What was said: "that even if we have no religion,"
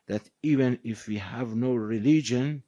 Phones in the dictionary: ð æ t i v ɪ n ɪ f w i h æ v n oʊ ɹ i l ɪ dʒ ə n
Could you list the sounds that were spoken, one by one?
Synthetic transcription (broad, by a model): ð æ t i v ɪ n ɪ f w i h æ v n oʊ ɹ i l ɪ dʒ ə n